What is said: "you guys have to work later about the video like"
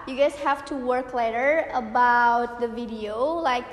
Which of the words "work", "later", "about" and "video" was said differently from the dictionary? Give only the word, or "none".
none